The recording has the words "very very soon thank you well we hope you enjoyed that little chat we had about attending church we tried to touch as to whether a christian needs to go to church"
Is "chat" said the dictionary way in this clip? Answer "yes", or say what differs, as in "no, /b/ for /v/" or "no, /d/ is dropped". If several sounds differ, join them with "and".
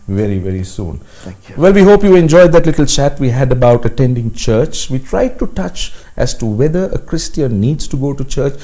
yes